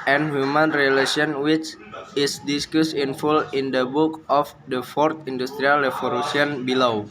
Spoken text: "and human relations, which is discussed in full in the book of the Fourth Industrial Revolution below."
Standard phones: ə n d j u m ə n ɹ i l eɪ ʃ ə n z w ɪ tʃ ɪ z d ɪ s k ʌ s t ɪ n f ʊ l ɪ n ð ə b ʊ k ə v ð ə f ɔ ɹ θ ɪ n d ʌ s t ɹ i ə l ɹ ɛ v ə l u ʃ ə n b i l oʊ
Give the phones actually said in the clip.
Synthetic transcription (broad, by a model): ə n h j u m ə n ɹ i l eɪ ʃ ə n w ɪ tʃ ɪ s d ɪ s k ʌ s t ɪ n f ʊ l ɪ n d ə b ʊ k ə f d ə f ɔ ɹ t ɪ n d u s t ɹ i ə l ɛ f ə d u s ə n b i l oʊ